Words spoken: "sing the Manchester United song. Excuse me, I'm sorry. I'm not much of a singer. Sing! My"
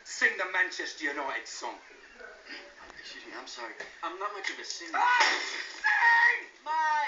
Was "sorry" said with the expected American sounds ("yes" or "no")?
yes